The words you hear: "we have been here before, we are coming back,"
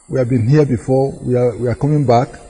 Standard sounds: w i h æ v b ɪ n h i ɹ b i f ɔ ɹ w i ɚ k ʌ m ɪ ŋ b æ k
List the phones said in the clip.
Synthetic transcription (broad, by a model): w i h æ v b ɪ n h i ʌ b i f ɔ w w i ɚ k ʌ m ɪ ŋ b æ k